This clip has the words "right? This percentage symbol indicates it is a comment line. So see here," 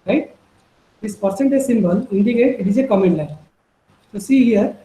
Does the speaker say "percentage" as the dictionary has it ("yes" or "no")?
no